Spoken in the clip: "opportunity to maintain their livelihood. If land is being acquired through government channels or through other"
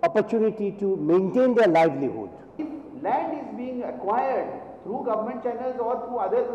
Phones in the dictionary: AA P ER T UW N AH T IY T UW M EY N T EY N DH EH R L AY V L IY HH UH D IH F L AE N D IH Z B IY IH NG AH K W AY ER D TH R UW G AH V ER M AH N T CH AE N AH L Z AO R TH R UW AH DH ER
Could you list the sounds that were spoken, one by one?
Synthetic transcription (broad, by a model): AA P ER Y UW N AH T IY T UW M EY N T EY N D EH R L AY V L IY HH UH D IH F L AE N D IH Z B IY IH NG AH K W AY ER D T R UW G AH V ER M AH N T CH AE N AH L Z AO R T R UW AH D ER